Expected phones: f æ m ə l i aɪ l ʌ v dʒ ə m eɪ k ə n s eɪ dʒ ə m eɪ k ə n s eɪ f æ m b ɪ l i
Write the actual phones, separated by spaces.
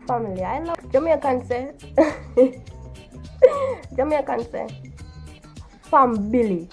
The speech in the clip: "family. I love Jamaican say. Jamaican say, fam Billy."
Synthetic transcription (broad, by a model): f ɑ m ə l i aɪ n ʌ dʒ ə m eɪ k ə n s eɪ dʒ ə m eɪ k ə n s eɪ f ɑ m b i l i